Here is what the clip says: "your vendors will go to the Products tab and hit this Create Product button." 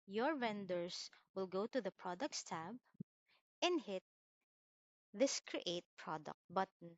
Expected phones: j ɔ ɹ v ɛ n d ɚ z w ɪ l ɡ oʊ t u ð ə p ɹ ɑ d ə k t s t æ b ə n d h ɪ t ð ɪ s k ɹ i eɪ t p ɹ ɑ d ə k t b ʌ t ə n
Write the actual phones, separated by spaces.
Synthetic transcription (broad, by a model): j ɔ ɹ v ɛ n d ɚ s w ɪ l ɡ oʊ t u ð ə p ɹ ɑ d ə k t s t æ b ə n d h ɪ t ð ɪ s k ɹ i eɪ t p ɹ ɑ d ə k t b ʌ t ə n